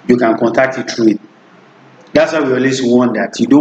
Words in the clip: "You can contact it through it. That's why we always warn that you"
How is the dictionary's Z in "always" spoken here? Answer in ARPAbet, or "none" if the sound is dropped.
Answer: S